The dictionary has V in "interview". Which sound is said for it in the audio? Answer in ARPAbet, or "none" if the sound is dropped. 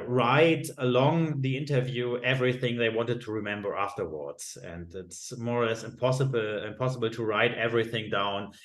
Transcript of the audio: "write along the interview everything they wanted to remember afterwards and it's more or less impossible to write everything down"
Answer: V